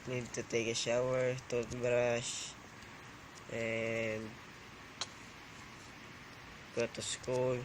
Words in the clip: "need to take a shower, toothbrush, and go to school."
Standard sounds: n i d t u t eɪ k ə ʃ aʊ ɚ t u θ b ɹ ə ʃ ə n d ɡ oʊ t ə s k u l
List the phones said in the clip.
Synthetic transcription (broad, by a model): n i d t u t eɪ k ə ʃ aʊ ɚ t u t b ɹ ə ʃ ə n d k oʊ t ə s k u l